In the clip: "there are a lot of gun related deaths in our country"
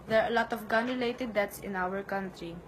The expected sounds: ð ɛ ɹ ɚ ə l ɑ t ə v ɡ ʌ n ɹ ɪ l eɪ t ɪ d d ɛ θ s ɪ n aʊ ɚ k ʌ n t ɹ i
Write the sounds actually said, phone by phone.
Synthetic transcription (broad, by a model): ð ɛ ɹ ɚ ə l ɑ t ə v ɡ ʌ n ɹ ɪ l eɪ t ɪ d d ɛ t s ɪ n aʊ ɚ k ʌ n t ɹ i